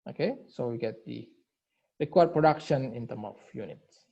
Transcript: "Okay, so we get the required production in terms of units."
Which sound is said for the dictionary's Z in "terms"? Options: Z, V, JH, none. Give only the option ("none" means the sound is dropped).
none